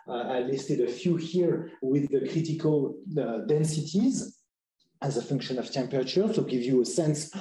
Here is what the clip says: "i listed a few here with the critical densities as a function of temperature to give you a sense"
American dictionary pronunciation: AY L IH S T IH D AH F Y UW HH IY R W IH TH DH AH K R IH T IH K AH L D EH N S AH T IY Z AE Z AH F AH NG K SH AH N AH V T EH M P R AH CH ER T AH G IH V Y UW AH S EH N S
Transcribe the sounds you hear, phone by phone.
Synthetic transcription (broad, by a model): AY L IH S T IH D AH F Y UW HH IY R W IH DH AH K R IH T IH K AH L D EH N S AH T IY Z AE Z AH F AH NG K SH AH N AH V T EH M P R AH CH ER S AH G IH V Y UW AH S EH N S